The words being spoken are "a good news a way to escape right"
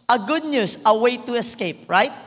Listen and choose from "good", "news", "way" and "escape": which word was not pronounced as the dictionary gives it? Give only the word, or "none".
news